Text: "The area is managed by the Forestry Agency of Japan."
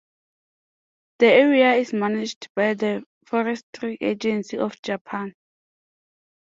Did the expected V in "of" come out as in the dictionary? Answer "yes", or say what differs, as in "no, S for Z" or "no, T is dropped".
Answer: no, F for V